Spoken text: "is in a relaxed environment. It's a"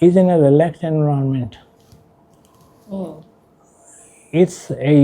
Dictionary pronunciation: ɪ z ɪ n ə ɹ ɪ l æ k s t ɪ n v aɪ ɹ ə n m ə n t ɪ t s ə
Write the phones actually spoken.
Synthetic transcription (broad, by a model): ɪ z ɪ n ə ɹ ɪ l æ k t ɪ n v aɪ ə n m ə n t ɪ t s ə